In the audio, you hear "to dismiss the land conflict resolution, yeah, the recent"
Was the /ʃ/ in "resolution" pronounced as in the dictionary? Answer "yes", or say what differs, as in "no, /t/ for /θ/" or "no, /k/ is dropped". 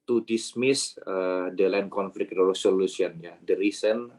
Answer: no, /s/ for /ʃ/